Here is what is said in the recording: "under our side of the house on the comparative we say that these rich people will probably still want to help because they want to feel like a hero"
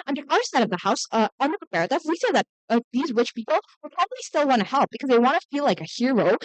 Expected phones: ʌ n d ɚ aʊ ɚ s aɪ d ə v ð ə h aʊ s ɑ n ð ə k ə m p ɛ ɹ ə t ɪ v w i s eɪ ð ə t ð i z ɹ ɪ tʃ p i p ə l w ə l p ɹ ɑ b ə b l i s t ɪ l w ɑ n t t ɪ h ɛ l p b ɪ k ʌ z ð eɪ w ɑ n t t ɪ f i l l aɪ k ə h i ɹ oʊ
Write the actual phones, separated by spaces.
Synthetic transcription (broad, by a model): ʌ n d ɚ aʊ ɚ s aɪ d ə v ð ə h aʊ s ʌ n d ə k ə p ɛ ɹ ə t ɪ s w i s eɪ ð ə t ð i z ɹ ɪ tʃ p i p l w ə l p ɹ ɑ b ə b l i s t ɪ l w ɑ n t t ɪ h ɛ l p b ɪ k ʌ z ð eɪ w ɑ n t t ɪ f i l l aɪ k ə h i ɹ oʊ